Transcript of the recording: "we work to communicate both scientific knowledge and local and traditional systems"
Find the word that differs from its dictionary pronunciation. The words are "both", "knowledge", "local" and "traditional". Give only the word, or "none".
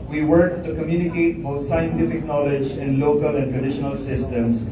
both